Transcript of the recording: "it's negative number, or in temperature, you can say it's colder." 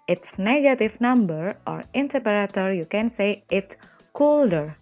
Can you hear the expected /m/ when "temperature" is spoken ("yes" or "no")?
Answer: no